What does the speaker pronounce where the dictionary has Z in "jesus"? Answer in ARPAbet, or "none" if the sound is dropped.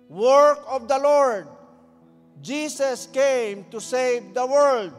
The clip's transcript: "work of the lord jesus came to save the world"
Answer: S